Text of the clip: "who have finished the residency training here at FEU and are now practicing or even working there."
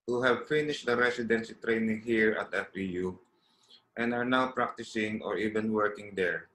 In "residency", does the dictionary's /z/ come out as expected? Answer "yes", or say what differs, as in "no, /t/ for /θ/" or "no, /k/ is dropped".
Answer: no, /s/ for /z/